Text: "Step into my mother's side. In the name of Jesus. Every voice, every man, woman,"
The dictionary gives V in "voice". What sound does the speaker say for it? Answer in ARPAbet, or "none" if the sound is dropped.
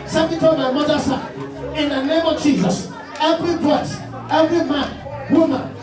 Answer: B